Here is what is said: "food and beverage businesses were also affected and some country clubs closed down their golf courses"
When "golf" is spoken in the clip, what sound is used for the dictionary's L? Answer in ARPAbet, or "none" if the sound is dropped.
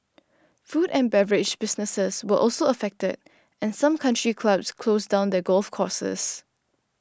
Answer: L